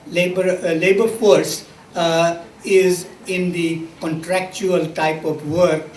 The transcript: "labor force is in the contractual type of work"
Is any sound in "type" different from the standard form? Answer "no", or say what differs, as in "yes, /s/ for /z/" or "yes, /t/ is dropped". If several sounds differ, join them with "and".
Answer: no